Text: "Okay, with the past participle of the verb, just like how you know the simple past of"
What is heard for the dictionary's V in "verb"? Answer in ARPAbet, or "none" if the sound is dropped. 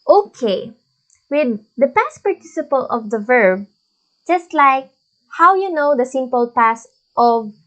V